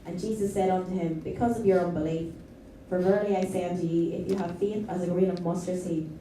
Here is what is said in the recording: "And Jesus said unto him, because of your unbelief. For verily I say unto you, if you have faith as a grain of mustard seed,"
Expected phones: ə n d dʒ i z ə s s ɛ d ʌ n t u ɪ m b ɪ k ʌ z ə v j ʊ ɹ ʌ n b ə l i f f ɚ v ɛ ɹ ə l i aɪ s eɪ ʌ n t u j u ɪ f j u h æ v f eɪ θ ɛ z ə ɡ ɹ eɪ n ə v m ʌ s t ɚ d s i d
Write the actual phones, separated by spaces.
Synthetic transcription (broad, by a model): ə n dʒ i z ə s s ɛ d ʌ n t u ɪ m b ɪ k ʌ z ə v j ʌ ɹ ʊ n b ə l i f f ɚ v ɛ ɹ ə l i aɪ s eɪ ʌ n t u j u ɪ f j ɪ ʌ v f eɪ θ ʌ z ə ɡ ɹ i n ə v m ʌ s t ɚ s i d